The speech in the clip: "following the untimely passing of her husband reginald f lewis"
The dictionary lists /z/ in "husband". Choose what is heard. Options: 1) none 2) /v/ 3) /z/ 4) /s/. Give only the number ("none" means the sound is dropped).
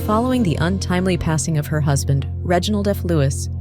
3